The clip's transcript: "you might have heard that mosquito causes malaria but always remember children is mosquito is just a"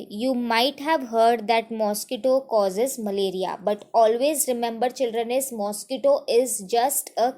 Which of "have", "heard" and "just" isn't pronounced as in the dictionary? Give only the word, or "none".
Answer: none